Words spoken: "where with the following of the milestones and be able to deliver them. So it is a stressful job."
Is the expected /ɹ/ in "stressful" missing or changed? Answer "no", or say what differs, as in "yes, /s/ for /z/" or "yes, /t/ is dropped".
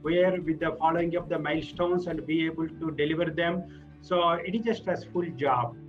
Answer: yes, /ɹ/ is dropped